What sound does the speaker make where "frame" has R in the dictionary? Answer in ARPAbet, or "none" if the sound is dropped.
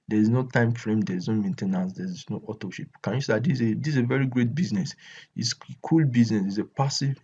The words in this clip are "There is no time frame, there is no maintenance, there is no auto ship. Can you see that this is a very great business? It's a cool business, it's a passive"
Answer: R